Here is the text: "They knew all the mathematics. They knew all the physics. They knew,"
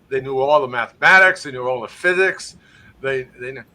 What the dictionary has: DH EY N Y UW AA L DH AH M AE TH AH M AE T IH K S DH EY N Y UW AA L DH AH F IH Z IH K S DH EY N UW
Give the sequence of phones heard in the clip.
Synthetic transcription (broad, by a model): DH EY N Y UW AA L DH AH M AE TH AH M AE T IH K S DH EY N Y UW AA L DH AH F IH Z IH K S DH EY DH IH